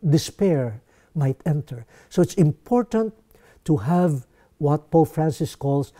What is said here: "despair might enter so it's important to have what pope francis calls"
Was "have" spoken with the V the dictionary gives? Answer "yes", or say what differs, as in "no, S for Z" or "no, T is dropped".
yes